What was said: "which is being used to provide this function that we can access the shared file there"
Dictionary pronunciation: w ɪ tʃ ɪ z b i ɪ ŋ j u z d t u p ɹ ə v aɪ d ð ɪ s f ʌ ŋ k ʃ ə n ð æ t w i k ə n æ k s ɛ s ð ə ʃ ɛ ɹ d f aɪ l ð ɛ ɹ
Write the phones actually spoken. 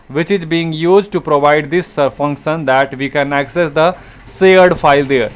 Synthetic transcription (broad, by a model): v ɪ tʃ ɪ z b i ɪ ŋ j u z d t u p ɹ ə v aɪ d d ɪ s f ʌ ŋ k ʃ ə n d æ t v i k ə n æ k s ɛ s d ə s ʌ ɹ d f aɪ l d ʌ ɹ